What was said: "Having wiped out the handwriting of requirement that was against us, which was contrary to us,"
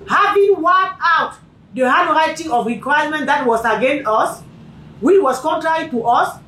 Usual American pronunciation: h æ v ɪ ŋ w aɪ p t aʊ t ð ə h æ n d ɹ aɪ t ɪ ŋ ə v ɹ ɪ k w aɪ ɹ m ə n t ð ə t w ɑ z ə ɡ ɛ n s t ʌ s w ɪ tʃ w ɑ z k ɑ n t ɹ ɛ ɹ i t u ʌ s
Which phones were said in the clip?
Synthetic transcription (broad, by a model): h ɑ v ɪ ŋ w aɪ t aʊ t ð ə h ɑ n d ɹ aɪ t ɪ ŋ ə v ɹ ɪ k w aɪ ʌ m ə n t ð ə t w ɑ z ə ɡ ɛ n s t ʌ s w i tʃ w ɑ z k ɑ n t ɹ ɛ ɹ i t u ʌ s